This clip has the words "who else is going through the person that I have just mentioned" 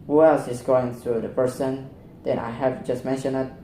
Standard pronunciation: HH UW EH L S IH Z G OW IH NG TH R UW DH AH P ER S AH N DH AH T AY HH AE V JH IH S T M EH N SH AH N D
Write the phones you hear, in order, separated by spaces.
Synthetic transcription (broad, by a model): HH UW EH L S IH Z G OW IH NG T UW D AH P ER S AH N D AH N AY HH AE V JH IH S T M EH N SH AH N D